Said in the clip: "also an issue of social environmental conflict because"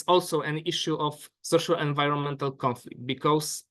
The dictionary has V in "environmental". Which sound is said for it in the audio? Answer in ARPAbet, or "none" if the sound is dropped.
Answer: V